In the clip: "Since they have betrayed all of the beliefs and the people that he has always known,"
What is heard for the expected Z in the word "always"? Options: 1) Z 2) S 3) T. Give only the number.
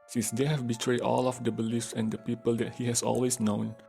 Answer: 2